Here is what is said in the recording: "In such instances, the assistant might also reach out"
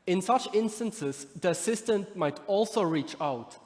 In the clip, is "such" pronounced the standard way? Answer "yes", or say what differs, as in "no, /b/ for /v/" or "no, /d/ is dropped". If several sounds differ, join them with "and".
yes